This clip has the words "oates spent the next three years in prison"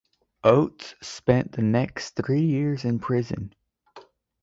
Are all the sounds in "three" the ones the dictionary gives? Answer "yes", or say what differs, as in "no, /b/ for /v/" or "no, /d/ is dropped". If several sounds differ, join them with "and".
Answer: yes